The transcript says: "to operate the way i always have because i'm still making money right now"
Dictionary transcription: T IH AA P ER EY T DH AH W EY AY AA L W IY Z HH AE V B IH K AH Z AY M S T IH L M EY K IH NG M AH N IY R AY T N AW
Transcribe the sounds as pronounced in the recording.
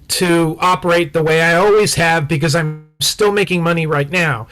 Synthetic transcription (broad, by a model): T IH AA P ER EY T DH AH W EY AY AA L W IY Z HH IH V B IH K AH Z AY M S T IH L M EY K IH NG M AH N IY R AY T N AW